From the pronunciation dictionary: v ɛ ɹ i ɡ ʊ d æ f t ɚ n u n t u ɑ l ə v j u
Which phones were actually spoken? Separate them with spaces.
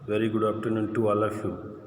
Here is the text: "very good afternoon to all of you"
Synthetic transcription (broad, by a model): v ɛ ɹ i ɡ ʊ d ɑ p t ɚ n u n t u ɑ l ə f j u